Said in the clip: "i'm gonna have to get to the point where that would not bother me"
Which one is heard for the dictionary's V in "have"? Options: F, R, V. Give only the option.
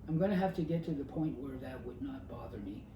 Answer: F